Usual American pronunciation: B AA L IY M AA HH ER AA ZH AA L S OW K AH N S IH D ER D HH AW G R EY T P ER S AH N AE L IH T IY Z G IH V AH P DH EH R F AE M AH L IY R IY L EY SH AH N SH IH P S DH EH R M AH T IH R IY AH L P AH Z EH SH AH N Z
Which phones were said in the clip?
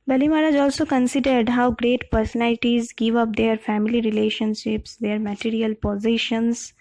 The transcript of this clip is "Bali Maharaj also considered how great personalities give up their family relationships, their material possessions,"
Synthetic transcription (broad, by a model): B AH L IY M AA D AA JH AA L S OW K AH N S IH D ER D HH AW G R EY T P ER S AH N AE L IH T IY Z G IH V AH P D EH R F AE M AH L IY R IY L EY SH AH N SH IH P S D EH R M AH T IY R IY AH L P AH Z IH SH AH N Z